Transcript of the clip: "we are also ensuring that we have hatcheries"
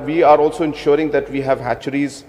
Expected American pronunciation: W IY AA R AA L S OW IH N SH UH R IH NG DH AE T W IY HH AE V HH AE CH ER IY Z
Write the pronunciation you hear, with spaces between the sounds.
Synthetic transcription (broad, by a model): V IY AA R AA L S OW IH N SH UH R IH NG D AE T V IY HH AE V HH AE CH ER IY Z